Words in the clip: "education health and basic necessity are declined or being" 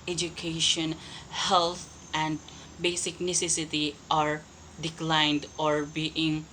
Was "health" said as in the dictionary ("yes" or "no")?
no